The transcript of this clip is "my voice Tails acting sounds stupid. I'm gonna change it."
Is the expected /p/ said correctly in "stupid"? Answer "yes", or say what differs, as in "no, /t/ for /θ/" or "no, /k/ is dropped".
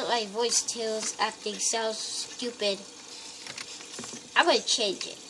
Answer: yes